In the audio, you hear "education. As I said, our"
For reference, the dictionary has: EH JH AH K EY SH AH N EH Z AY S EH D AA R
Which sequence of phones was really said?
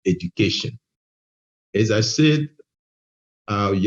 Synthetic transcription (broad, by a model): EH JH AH K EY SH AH N EH Z AY S EH D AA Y